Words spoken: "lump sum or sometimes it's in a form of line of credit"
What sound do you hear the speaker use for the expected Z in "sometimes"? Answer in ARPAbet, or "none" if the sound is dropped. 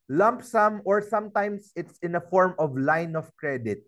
S